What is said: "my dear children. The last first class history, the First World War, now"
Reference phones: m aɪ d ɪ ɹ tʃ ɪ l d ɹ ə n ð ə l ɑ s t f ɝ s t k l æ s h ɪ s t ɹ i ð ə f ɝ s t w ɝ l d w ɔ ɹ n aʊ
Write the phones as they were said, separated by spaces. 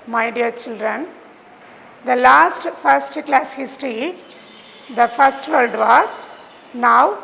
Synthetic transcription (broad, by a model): m aɪ d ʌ ɹ tʃ ɪ l d ɹ ə n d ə l ɑ s t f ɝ s t k l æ s h ɪ s t ɹ i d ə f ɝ s t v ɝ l d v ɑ ɹ n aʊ